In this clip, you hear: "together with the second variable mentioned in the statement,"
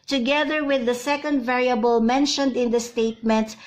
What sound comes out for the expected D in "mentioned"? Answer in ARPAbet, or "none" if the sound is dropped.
D